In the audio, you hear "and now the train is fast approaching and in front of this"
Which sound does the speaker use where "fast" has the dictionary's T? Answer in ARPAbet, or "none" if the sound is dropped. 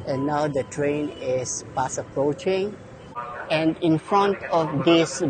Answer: none